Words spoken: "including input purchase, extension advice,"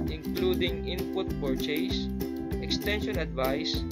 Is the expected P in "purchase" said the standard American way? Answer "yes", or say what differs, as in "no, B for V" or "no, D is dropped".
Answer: no, F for P